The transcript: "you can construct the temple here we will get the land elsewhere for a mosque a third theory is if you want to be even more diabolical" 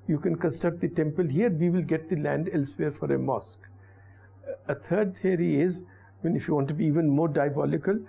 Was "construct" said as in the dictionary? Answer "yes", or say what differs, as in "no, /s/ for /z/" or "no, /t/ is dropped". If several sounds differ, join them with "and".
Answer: no, /ɹ/ is dropped